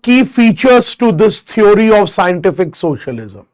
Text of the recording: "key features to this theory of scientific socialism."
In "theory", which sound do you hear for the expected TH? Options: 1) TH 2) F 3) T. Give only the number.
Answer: 3